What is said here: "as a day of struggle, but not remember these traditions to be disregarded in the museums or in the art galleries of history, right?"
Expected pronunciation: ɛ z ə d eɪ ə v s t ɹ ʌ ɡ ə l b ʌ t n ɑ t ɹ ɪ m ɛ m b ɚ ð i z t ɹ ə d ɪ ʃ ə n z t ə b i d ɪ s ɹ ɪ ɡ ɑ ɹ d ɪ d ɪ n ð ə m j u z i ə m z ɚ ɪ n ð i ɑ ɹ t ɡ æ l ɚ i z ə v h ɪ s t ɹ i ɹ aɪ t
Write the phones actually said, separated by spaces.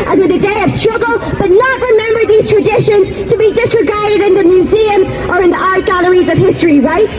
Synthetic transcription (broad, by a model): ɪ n ə d eɪ ə v s t ɹ ʌ ɡ ə l b ʌ t n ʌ t ɹ ɪ m ɛ m b ɚ ð i z t ɹ ə d ɪ ʃ ə n z t ə b i d ɪ s ɹ ɪ ɡ ɑ ɹ d ɪ d ɪ n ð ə m j u z i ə m z ɚ ɪ n ð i ɑ ɹ t ɡ æ l ɚ i z ə v h ɪ s t ɹ i ɹ aɪ t